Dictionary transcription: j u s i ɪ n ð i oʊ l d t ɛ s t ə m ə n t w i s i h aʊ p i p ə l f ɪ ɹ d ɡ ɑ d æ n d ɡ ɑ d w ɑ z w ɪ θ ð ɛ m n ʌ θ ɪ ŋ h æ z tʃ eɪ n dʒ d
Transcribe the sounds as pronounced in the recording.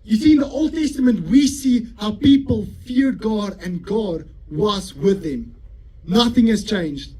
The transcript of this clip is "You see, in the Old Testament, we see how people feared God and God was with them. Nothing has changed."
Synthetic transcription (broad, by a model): j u s i ɪ n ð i oʊ l d t ɛ s t ə m ə n t w i s i h aʊ p i p ə l f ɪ ɹ d ɡ ɑ d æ n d ɡ ɑ d w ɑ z w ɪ ð ɛ m n ʌ θ ɪ ŋ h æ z tʃ eɪ n dʒ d